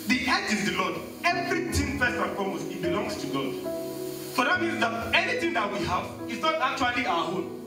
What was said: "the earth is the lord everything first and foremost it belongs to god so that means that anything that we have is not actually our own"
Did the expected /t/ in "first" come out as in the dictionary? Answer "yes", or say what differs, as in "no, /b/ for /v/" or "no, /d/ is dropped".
no, /t/ is dropped